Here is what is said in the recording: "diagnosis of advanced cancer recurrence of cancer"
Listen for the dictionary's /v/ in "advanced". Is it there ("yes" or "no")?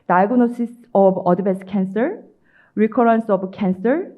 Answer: no